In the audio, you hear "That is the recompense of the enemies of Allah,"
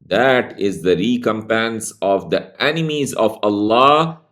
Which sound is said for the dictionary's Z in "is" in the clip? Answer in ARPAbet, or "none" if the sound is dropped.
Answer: Z